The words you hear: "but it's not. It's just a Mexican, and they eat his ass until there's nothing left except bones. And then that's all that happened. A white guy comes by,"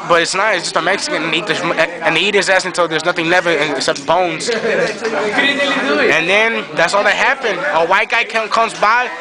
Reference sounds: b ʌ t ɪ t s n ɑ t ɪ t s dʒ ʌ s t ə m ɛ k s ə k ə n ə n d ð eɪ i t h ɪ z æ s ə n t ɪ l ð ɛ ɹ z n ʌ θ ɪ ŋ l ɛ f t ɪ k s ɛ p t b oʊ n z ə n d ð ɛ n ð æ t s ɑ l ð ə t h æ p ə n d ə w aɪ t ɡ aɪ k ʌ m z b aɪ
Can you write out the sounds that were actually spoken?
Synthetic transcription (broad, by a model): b ʌ t ɪ t s n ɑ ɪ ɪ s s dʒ ʌ s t ə m ɛ k s ə k ə n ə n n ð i i t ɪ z æ s ə n t ɪ l ð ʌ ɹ z n ʌ θ ɪ ŋ n ɛ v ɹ ɪ k s ɛ p t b oʊ n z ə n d ð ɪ n ð æ t s ɑ l ð ə t h æ p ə n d ə w aɪ t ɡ aɪ k ʌ m z b aɪ